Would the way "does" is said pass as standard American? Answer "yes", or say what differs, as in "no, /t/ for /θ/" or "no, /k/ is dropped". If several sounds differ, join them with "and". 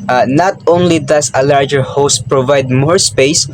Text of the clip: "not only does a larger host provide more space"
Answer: no, /s/ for /z/